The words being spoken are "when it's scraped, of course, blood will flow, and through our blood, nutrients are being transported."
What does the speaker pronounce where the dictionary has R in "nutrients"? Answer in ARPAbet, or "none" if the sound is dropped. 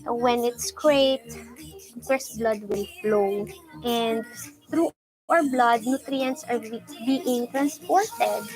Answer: R